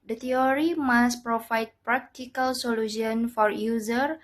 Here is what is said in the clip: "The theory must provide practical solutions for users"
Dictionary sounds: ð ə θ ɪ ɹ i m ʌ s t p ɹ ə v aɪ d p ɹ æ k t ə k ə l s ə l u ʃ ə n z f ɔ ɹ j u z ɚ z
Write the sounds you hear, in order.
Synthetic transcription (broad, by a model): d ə t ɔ ɹ i m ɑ s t p ɹ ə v aɪ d p ɹ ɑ k t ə k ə l s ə l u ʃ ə n f ɔ ɹ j u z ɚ